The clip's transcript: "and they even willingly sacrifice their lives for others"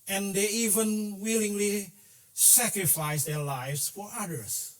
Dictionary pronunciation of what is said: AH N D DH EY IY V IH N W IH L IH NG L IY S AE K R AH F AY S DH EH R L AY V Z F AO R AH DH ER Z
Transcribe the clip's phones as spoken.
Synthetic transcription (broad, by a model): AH N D DH EY IY V IH N W IH L IH NG L IY S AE K R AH F AY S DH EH R L AY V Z F AO R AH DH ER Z